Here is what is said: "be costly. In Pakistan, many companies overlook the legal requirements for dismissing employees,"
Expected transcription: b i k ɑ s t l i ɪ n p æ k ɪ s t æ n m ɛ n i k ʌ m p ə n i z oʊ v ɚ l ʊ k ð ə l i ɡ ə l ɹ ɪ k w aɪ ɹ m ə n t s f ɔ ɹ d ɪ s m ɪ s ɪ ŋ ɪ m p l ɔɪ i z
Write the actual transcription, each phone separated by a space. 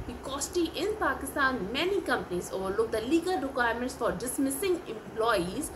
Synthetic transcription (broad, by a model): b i k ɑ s t i ɪ n p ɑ k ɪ s t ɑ n m ɛ n i k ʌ m p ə n i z oʊ v ɚ l ʊ k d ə l i ɡ ə l ɹ ɪ k w aɪ ɹ m ə n t s f ɔ ɹ d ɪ s m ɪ s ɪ ŋ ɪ m p l ɔɪ i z